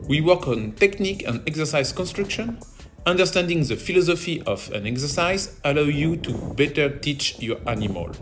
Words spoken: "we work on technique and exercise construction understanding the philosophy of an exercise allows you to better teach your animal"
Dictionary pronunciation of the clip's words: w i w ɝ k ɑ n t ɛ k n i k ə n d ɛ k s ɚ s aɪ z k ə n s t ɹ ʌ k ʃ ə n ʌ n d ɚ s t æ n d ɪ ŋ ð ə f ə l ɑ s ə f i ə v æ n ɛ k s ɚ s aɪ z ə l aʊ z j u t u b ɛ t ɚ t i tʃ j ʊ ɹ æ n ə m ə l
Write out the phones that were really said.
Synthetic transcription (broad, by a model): w i w ɝ k ɑ n t ɛ k n i k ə n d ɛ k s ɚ s aɪ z k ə n s t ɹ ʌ k ʃ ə n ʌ n d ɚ s t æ n d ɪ ŋ ð ə f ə l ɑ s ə f i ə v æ n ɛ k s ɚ s aɪ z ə l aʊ j u t u b ɛ t ɚ t i tʃ j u ɹ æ n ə m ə l